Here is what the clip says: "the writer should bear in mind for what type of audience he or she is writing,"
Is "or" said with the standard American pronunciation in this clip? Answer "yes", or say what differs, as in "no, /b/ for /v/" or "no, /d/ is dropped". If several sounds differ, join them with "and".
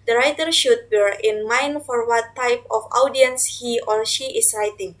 no, /l/ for /ɹ/